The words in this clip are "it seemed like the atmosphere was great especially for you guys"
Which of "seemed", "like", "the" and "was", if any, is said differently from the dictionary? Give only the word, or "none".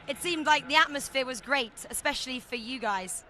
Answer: none